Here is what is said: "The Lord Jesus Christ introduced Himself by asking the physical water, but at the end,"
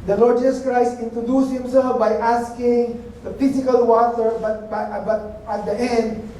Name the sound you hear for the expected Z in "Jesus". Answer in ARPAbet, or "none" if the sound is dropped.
S